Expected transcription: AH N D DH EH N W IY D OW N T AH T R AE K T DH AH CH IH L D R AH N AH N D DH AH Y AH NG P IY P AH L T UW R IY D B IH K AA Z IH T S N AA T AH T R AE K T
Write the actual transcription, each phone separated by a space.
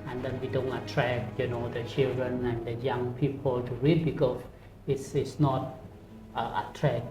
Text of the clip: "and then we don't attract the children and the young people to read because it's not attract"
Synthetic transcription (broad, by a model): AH N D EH N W IY D OW N T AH T R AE K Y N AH CH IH L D R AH N AH N D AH Y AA NG P IY P AH L T UW R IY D B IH K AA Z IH S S N AA T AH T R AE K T